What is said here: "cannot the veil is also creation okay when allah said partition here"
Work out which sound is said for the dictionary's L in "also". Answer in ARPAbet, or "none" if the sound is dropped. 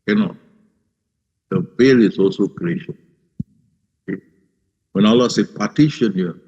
L